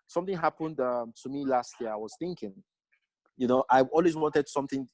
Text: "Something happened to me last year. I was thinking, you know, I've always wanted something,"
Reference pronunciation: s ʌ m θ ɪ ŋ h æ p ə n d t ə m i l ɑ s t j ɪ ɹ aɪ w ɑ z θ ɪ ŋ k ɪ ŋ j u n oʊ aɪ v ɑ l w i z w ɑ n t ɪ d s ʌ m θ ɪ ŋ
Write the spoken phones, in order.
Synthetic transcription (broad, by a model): s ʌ m θ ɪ ŋ h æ p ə n d t ə m i l ɑ s t j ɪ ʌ aɪ w ɑ z θ ɪ ŋ k ɪ ŋ j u n oʊ aɪ ɑ l w i z w ɑ n t ɪ d s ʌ m θ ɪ ŋ